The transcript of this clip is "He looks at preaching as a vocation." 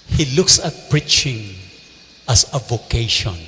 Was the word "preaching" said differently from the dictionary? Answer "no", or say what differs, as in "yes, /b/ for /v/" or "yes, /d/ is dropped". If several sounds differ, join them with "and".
no